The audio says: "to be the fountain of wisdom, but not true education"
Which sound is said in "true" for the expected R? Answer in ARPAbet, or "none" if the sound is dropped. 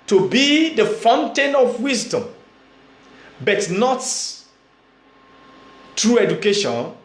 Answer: R